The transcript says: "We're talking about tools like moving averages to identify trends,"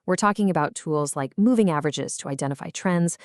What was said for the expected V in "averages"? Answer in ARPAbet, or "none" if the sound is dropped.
V